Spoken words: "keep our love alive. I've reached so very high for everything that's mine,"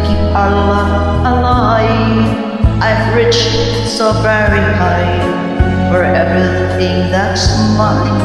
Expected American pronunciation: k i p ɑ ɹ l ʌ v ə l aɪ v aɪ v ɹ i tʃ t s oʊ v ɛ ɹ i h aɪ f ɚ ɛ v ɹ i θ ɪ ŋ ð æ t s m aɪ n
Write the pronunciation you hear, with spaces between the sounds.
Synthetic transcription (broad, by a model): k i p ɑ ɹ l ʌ ə l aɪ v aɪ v ɹ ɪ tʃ s oʊ v ɛ ɹ i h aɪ f ɚ ɛ v ɹ i θ ɪ ŋ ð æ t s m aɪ